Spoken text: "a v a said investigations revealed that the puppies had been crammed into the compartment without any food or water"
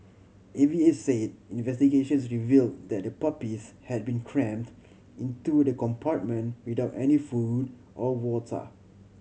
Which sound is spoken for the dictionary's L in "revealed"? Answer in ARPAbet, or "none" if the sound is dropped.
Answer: L